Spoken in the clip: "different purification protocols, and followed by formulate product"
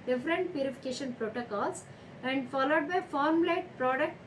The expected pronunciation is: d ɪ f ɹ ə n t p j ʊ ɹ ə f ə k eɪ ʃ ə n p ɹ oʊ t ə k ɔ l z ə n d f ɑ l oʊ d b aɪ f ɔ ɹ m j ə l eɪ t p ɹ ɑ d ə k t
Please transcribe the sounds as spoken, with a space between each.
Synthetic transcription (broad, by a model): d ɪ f ɹ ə n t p j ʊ ɹ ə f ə k eɪ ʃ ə n p ɹ oʊ t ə k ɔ l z ə n d f ɑ l oʊ d b aɪ f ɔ ɹ m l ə ɪ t p ɹ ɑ d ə k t